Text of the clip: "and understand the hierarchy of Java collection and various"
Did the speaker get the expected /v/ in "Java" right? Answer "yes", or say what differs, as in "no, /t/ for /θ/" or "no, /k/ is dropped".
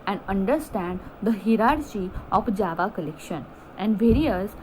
yes